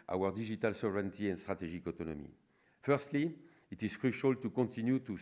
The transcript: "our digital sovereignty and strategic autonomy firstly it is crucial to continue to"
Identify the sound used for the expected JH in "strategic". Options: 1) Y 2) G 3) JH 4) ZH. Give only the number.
4